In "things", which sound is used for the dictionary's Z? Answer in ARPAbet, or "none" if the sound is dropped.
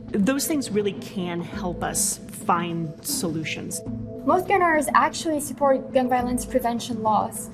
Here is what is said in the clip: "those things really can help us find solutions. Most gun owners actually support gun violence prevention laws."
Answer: Z